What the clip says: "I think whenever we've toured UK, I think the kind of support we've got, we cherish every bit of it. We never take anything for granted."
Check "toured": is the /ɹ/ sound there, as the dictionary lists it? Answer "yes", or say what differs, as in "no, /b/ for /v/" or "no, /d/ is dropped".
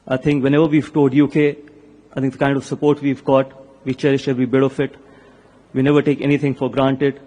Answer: no, /l/ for /ɹ/